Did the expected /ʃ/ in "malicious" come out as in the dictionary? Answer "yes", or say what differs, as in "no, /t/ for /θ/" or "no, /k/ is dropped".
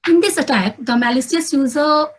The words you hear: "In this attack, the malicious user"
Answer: no, /s/ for /ʃ/